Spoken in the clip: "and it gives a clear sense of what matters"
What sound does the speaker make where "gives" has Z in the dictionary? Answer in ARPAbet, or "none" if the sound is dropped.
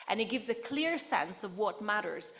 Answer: Z